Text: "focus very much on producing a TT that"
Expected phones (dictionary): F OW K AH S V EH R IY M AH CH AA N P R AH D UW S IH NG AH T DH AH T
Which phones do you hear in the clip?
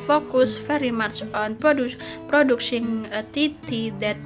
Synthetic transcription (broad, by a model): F OW K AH S F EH R IY M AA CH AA N P R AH D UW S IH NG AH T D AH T